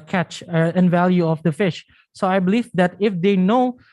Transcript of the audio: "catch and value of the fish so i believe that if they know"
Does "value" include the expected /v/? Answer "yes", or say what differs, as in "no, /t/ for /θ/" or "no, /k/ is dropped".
yes